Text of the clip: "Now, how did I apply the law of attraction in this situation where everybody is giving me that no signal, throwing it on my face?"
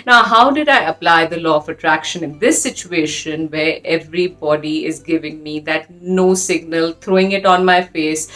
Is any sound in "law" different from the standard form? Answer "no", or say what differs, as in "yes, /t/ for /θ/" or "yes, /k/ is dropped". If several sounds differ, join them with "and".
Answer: no